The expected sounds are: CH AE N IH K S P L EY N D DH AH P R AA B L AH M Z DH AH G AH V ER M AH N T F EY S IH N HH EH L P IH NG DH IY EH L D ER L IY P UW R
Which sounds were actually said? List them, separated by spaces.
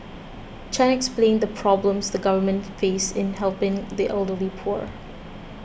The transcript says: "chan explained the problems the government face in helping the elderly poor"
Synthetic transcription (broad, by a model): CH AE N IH K S P L EY N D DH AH P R AA B L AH M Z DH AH G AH V ER M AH N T F EY S IH N HH EH L P IH NG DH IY EH L D ER L IY P UW R